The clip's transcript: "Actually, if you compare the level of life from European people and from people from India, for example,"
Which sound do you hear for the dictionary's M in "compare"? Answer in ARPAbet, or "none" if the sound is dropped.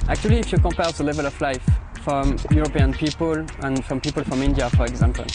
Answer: M